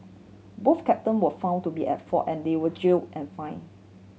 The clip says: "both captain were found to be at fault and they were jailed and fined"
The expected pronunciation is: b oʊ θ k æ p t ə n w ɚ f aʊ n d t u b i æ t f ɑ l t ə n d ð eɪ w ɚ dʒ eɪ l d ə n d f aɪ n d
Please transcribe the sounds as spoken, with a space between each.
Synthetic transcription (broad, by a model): b oʊ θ k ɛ p t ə n w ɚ f aʊ n t u b i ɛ t f ɑ t ə n d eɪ w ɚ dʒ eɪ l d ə n f aɪ n